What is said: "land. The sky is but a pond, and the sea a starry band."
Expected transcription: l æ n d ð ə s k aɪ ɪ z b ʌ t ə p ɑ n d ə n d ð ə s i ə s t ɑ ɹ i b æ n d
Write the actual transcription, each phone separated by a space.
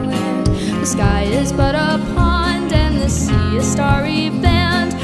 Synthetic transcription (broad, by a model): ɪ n ð ə s k aɪ ɪ z b ʌ t ə p ɑ n d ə n ð ə s i ə s t ɑ ɹ i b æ n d